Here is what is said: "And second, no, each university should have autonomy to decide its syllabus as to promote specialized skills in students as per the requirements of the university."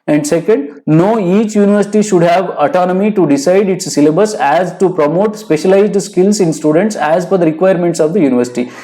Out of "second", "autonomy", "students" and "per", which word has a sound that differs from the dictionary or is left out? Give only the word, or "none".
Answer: per